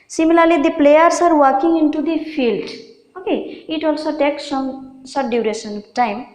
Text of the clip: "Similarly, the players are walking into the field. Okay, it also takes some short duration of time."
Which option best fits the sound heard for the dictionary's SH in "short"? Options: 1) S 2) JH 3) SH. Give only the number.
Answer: 1